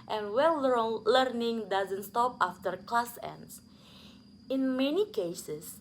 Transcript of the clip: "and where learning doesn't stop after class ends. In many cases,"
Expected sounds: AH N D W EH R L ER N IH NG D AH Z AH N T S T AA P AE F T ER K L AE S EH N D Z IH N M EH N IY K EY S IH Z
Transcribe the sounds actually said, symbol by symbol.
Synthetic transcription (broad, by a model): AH N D W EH L L ER N IH NG D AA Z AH N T S T AA P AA F T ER K L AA S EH N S IH N M EH N IY K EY S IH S